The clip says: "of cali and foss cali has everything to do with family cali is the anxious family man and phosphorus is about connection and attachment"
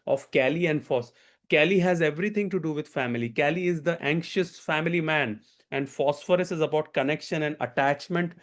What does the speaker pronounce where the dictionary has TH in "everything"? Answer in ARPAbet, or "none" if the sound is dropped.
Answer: T